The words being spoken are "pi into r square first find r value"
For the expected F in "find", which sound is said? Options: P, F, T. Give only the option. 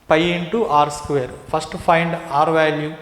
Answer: P